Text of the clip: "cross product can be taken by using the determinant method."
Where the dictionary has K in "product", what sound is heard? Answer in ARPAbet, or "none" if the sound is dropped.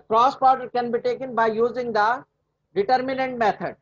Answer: none